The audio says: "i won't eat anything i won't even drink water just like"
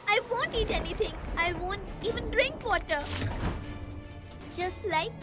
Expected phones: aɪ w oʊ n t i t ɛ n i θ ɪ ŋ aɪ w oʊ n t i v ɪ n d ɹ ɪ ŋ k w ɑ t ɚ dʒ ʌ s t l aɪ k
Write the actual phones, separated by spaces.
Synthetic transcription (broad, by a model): aɪ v oʊ n t i t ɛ n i t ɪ ŋ aɪ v oʊ n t i v ɪ n d ɹ ɪ ŋ k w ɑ t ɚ dʒ ʌ s t l aɪ k